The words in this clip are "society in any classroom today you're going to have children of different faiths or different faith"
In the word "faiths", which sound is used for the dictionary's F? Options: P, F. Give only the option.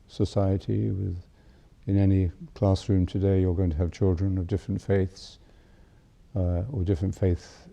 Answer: F